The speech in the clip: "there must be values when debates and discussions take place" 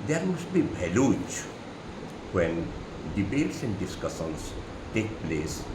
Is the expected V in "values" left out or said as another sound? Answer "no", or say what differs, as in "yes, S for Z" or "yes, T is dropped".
yes, B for V